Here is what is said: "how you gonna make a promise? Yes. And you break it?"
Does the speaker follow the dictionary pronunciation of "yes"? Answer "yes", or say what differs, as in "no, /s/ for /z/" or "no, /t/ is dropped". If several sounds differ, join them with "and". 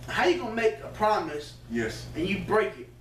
yes